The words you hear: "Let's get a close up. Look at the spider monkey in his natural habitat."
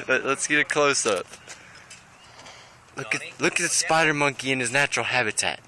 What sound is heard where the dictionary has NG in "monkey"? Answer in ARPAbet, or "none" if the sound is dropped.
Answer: NG